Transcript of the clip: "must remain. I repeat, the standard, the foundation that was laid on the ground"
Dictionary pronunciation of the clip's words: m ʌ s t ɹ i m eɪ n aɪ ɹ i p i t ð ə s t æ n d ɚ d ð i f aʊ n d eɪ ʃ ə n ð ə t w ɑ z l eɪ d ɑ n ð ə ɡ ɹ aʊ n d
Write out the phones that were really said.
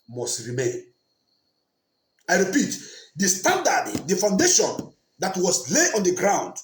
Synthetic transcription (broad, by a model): m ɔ s t ɹ i m eɪ n aɪ ɹ i p i t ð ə s t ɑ n d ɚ d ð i f aʊ n d eɪ ʃ ə n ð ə t w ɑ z l eɪ ɑ n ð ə ɡ ɹ aʊ n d